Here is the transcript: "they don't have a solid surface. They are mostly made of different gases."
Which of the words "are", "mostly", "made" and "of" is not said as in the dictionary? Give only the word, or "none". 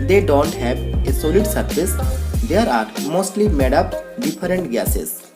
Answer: of